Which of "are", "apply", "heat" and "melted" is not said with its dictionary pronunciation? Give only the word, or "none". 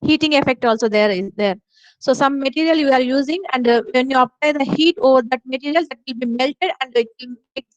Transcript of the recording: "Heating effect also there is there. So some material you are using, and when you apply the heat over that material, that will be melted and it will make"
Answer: none